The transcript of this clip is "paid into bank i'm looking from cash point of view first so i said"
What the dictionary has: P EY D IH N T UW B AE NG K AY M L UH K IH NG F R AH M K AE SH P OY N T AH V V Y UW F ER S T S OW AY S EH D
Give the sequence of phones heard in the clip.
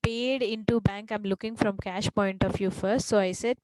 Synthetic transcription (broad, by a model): P EY D IH N T UW B AE NG K AY M L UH K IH NG F R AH M K AE SH P OY N T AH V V Y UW F ER S T S OW AY S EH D